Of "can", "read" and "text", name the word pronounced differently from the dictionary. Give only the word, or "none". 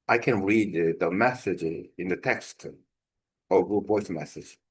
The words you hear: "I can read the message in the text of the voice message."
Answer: none